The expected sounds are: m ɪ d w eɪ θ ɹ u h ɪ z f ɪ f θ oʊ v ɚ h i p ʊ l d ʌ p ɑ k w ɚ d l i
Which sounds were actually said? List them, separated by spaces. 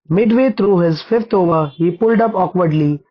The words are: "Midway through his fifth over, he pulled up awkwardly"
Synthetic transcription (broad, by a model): m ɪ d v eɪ t ɹ u h ɪ z f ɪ f t oʊ v ɚ h i p ʊ l d ʌ p ɑ k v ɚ d l i